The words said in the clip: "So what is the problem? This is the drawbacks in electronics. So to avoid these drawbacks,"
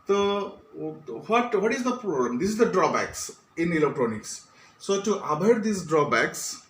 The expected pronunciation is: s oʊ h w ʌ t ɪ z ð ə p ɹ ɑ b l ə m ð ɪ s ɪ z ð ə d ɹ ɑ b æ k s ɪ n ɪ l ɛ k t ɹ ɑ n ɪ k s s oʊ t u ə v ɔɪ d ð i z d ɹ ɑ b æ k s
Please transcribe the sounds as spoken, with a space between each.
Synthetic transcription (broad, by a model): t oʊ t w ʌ t ɪ z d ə p ɹ ɑ b l ə m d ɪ s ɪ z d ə d ɹ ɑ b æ k s ɪ n ɪ l ɛ k t ɹ ɑ n ɪ k s s oʊ t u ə b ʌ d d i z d ɹ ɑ b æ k s